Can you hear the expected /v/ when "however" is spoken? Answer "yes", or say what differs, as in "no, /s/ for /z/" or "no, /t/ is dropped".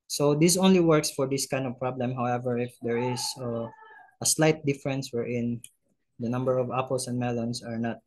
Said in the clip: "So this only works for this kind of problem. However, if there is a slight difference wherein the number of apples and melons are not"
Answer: yes